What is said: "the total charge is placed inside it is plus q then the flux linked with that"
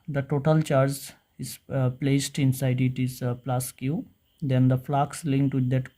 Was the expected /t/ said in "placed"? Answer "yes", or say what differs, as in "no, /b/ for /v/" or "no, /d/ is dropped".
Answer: yes